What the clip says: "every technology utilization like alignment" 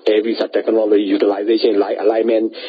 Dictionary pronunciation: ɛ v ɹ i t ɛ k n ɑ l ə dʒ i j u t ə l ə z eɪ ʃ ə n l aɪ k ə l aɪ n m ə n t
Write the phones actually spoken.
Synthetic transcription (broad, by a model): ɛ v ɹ i t ɛ k n ɑ l ə dʒ i j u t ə l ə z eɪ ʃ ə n l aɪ ə l aɪ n m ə n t